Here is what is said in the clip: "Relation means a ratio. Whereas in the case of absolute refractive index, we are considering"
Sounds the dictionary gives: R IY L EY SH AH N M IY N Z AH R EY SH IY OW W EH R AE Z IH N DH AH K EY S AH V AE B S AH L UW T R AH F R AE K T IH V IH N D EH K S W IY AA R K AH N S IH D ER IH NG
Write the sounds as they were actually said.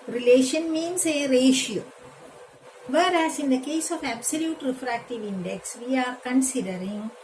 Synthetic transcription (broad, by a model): R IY L EY SH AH N M IY N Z AH R EY SH IY OW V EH R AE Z IH N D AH K EY S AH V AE B S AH L UW T R AH F R AE K T IH V IH N D EH K S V IY AA R K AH N S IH D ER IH NG